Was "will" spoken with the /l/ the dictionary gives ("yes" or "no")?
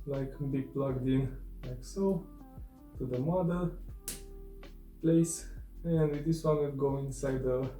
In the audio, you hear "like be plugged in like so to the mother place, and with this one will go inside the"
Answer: no